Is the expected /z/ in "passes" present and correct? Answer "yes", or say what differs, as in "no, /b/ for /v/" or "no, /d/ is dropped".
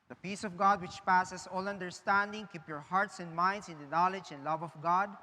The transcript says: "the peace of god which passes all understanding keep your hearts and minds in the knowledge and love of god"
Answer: no, /s/ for /z/